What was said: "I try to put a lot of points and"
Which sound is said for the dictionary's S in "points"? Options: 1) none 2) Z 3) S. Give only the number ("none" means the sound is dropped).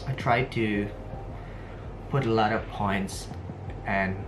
3